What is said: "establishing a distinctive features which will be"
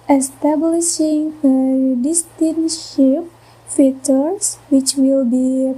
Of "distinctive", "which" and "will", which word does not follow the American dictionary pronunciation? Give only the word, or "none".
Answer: distinctive